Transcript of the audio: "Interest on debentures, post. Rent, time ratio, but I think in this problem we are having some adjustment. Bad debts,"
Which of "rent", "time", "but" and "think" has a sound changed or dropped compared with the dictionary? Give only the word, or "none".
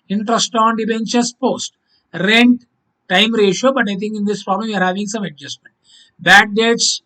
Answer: think